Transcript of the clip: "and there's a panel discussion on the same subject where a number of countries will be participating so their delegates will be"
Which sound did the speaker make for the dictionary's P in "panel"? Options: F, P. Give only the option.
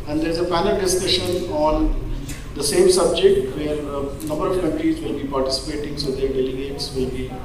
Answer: F